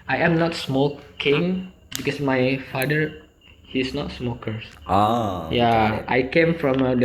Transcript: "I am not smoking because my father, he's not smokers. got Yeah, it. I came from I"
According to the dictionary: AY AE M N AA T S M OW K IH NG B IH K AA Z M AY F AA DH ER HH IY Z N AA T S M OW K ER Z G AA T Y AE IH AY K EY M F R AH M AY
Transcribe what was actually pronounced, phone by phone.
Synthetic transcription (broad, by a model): AY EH M N AA T S M OW K IH NG B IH K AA S M AY F AA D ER HH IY S N AA T S M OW K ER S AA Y IH AY K EY M F R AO M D